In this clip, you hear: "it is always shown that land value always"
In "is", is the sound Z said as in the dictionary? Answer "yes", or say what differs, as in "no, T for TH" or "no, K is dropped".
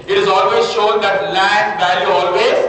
yes